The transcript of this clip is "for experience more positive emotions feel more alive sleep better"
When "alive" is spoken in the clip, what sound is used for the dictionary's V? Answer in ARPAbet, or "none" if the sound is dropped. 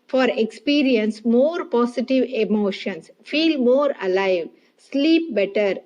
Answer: V